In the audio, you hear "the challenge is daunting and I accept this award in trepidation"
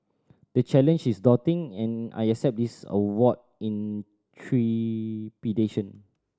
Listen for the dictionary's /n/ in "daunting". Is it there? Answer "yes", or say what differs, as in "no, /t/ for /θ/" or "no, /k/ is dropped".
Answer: no, /n/ is dropped